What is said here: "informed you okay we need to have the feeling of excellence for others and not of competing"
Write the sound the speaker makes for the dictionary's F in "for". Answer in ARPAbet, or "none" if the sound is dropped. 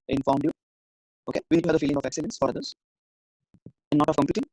F